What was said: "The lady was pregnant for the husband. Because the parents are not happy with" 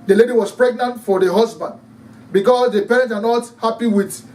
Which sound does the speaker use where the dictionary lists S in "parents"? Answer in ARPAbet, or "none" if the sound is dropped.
none